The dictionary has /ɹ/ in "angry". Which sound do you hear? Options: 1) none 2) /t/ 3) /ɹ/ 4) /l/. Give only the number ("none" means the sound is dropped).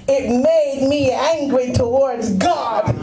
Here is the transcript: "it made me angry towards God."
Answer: 3